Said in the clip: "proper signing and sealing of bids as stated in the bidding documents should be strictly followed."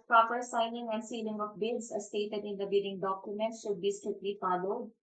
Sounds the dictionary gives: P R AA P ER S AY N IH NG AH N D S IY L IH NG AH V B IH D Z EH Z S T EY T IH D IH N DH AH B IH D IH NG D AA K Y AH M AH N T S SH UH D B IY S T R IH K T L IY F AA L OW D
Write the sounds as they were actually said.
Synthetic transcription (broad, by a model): P R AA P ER S AY N IH NG AH N D S IY L IH NG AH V B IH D S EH S T EY T IH D IH N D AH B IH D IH NG D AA K Y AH M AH N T SH UH D B IY S T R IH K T L IY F AA L OW D